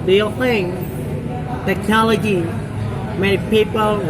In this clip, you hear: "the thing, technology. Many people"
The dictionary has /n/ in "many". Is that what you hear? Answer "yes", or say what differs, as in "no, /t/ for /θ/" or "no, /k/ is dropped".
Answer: no, /n/ is dropped